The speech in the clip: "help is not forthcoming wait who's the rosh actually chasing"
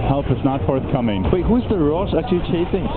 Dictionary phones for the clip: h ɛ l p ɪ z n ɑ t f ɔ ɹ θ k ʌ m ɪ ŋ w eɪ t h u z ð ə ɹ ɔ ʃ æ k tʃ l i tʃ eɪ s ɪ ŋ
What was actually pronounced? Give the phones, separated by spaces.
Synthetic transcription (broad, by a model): h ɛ l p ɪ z n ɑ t f ɔ ɹ θ k ʌ m ɪ ŋ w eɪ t h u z ð ə ɹ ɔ s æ tʃ i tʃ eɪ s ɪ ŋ